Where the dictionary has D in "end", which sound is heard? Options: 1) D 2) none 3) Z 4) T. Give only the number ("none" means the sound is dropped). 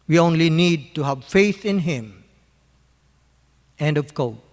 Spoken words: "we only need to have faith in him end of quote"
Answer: 1